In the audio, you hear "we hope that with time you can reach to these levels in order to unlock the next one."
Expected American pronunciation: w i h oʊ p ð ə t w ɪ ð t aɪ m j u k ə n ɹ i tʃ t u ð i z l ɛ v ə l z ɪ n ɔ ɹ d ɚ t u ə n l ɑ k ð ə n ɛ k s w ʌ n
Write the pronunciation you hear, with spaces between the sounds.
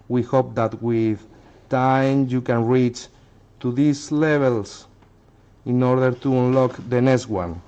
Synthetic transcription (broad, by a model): w i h oʊ p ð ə t w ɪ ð t aɪ m j u k ə n ɹ i tʃ t u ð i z l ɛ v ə l s ɪ n ɔ ɹ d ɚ t u ə n l ɑ k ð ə n ɛ k s w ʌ n